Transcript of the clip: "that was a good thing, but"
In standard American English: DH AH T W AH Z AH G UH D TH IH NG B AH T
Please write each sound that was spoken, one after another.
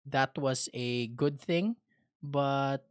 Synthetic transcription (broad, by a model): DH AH T W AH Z AH G UH D TH IH NG B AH T